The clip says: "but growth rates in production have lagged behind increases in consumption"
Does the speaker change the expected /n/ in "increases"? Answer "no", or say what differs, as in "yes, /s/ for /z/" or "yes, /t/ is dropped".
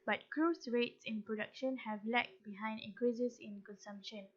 yes, /n/ is dropped